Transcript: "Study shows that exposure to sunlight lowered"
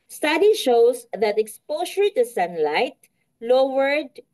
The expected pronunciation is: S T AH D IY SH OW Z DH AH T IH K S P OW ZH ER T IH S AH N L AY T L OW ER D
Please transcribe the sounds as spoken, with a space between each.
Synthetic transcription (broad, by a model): S T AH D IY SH OW S DH AH T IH K S P OW S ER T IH S AH N L AY T L OW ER D